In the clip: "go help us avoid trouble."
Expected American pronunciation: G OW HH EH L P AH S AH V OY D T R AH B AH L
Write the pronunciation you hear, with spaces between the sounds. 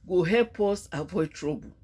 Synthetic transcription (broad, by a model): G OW HH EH P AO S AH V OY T R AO B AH